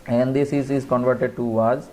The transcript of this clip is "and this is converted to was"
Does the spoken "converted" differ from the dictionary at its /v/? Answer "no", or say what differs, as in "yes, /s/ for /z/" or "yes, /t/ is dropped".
no